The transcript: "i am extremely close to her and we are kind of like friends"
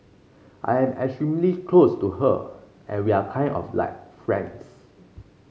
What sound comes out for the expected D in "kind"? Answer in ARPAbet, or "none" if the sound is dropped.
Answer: none